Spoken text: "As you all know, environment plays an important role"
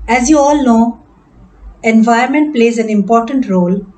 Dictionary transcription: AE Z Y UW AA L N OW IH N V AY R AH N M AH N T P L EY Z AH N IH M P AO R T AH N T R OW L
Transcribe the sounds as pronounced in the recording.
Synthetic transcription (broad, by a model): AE Z Y UW AA L N OW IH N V AY AH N M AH N T P L EY Z AH N IH M P AO R T AH N T R OW L